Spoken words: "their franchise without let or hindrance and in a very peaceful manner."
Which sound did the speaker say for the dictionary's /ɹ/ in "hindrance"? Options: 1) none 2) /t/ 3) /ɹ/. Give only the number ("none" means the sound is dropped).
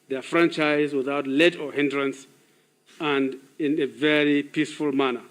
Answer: 3